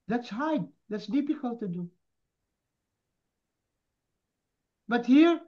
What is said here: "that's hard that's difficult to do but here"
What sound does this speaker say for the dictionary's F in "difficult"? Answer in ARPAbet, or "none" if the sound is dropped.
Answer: P